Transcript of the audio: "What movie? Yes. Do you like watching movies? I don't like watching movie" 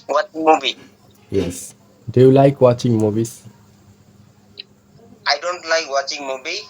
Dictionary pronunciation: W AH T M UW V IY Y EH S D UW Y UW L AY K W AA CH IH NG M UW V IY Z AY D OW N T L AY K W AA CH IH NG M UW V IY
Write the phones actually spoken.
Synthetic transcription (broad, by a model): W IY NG M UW B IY Y EH S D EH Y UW L AY K W AA CH IH NG M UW B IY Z AY D OW N T L AY K W AA CH IH NG M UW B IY